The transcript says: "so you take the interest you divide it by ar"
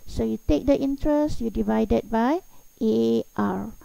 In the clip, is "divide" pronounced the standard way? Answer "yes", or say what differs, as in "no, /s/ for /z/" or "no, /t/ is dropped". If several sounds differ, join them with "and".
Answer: yes